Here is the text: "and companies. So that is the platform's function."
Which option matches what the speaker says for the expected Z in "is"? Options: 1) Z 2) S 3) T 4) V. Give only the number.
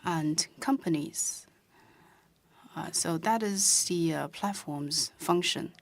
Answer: 1